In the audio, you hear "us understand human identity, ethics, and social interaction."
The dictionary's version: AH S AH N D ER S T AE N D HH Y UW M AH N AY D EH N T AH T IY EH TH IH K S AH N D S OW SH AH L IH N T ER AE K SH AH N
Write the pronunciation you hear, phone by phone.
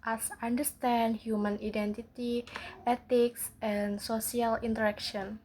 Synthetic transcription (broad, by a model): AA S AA N D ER S T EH N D HH Y UW M AH N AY D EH N T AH T IY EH T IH K S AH N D S OW S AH L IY N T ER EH K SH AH N